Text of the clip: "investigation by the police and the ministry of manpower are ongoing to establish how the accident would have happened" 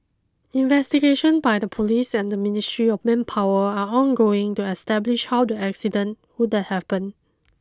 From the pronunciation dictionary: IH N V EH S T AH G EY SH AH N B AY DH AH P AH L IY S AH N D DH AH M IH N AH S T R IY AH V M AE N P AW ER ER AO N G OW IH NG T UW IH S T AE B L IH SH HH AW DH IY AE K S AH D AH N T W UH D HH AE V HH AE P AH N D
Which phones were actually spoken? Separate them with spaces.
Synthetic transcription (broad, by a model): IH N V EH S T AH G EY SH AH N B AY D AH P AH L IY S AH N D AH M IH N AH S T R IY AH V M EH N P AW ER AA AO N G OW IH NG T UW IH S T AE B L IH SH HH AW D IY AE K S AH D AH N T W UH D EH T HH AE P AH N